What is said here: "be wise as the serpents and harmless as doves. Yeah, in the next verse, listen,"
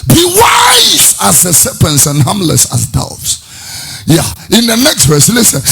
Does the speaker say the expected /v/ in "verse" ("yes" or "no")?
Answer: yes